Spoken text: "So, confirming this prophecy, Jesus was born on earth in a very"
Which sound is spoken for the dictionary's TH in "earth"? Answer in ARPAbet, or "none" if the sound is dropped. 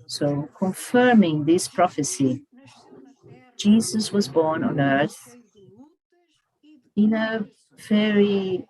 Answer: TH